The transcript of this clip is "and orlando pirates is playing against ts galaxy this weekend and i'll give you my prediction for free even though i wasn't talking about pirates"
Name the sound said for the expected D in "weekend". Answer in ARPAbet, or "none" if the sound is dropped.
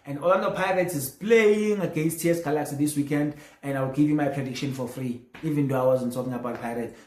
D